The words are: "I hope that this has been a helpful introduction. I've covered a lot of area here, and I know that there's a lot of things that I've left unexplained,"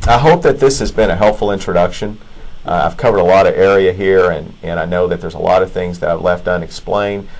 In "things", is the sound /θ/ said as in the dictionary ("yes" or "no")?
yes